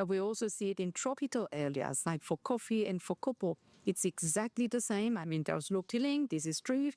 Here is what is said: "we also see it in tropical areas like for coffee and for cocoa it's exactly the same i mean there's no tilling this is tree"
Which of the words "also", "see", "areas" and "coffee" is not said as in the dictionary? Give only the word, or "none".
areas